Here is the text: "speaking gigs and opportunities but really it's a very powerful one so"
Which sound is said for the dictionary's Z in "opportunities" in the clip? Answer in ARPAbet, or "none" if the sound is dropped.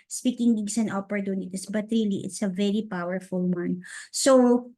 S